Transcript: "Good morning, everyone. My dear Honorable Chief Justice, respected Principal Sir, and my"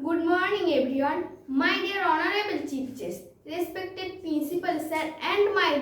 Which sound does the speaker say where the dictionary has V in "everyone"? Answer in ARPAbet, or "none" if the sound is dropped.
B